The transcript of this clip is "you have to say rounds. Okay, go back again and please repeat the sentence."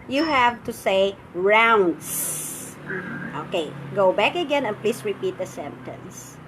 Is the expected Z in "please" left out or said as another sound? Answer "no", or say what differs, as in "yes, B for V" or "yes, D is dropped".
yes, S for Z